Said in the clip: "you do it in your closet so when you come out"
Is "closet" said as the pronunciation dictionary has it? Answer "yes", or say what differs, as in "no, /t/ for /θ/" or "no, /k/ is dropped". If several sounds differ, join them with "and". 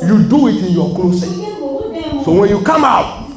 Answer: no, /s/ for /z/